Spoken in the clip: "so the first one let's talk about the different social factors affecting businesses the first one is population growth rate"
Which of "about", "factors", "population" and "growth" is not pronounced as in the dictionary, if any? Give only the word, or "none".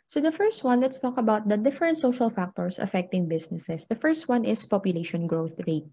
factors